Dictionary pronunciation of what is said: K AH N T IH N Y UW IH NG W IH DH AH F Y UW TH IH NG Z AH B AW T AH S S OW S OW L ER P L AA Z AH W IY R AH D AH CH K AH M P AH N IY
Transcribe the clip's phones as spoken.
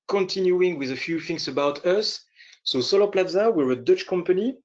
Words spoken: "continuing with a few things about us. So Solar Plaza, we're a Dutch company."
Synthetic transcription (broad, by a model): K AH N T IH N Y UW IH NG W IH DH AH F Y UW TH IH NG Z AH B AW T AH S S OW S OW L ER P L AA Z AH W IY R AH D AH CH K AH M P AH N IY